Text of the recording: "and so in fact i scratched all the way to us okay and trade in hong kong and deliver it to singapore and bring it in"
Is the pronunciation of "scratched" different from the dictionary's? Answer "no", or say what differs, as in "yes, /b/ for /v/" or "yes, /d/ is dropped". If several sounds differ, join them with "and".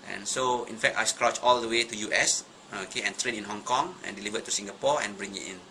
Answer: yes, /t/ is dropped